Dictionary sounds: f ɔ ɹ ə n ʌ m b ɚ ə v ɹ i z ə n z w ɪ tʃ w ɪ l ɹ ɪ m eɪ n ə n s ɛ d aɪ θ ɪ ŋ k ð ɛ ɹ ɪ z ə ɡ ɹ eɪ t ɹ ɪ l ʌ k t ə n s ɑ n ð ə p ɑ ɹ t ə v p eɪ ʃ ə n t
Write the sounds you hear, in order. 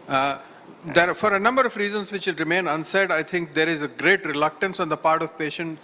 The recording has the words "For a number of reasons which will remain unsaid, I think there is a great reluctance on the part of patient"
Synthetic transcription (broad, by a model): f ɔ ɹ ə n ʌ m b ɚ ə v ɹ i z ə n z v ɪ tʃ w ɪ l ɹ ɪ m eɪ n ə n s ɛ d aɪ t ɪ ŋ k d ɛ ɹ ɪ z ə ɡ ɹ eɪ t ɹ ɪ l ʌ k t ə n s ɑ n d ə p ɑ ɹ t ə v p eɪ ʃ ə n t